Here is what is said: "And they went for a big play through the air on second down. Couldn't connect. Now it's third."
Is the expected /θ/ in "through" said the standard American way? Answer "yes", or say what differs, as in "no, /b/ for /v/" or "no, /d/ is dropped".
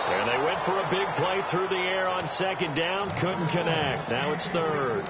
yes